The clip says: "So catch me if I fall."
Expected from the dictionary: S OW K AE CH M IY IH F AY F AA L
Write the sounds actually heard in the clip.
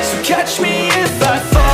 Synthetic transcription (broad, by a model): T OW K AE CH M IY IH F AY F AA